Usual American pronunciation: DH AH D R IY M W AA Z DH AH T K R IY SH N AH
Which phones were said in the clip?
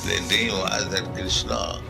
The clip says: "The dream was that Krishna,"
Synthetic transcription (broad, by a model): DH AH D IY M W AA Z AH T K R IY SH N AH